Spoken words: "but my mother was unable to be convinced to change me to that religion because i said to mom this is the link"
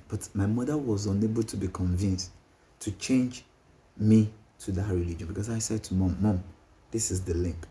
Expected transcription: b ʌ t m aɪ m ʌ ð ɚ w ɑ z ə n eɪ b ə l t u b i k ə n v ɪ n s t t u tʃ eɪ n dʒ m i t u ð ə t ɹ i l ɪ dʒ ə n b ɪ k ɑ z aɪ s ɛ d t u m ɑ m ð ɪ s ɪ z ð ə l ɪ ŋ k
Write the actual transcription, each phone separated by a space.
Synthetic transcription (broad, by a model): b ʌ t m aɪ m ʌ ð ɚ w ɑ z ə n eɪ b ə l t u b i k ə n v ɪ n s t t u tʃ eɪ n dʒ m i t u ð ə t ɹ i l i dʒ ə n b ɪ k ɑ s aɪ s ɛ d t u m ɑ m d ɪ s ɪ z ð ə l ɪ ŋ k